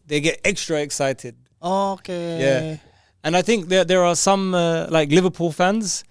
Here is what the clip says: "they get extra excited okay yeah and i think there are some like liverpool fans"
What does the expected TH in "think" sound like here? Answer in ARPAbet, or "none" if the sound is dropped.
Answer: TH